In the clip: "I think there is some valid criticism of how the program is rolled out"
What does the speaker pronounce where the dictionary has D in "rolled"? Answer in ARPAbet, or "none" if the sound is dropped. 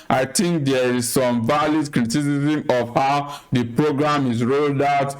D